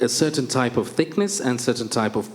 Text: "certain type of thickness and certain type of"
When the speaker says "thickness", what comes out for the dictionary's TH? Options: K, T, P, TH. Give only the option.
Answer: TH